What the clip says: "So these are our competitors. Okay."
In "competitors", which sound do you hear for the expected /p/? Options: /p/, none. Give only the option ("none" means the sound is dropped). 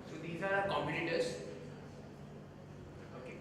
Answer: none